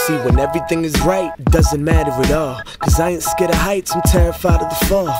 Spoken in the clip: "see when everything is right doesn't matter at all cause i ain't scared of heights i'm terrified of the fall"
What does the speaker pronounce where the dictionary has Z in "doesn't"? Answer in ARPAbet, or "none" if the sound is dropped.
Z